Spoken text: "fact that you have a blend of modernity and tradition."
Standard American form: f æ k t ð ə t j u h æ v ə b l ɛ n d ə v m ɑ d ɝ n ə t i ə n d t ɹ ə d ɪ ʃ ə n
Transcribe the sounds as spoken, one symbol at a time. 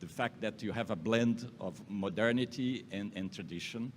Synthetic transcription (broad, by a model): f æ k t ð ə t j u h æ v ə b l ɛ n d ə v m ɑ d ɝ n ə t i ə n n t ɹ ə d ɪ ʃ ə n